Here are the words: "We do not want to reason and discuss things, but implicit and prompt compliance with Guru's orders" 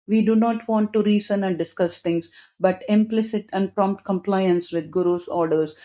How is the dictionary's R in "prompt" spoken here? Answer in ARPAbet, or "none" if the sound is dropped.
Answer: R